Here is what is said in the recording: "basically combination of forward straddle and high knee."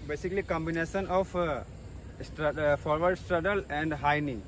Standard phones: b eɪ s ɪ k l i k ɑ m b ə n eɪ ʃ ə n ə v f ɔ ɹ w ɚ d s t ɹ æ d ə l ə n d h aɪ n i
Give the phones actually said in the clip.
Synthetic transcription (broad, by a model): b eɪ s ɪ k l i k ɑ m b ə n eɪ s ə n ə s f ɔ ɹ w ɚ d s t ɹ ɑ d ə l ə n d h aɪ n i